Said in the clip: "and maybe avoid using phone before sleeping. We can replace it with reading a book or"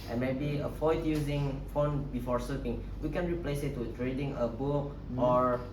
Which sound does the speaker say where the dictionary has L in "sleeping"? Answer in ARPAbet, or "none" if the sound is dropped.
none